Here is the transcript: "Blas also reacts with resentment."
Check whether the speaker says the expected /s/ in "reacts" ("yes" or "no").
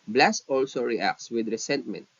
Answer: yes